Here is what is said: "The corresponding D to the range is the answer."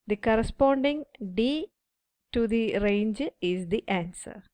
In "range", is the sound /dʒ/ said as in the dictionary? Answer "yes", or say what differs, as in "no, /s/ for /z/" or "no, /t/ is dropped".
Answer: yes